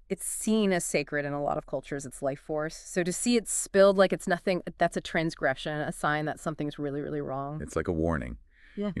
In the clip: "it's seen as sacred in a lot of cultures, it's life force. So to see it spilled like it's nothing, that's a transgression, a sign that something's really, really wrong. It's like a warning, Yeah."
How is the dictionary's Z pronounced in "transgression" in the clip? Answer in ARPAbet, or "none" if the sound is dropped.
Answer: Z